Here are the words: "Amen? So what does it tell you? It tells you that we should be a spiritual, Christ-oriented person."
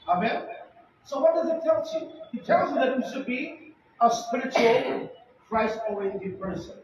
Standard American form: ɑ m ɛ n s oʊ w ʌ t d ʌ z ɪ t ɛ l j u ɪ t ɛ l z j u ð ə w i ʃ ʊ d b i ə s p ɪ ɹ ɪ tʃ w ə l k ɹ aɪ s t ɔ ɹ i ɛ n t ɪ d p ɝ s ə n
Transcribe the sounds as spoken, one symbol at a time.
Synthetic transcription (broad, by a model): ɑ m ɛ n s oʊ w ʌ t d ʌ z ɪ t ɛ l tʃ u ɪ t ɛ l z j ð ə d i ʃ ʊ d b i ə s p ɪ ɹ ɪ tʃ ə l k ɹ aɪ s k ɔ i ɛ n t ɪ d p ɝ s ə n